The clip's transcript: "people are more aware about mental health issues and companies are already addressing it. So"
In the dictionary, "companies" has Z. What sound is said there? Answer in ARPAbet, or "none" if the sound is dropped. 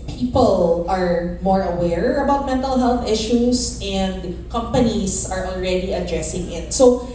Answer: S